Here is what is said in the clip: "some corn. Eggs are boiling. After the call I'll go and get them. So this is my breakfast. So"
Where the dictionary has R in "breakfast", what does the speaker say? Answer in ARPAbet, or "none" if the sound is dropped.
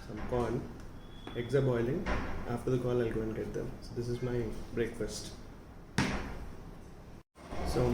R